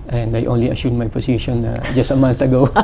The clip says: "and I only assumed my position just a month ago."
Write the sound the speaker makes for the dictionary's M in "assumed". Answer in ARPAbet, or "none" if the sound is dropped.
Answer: none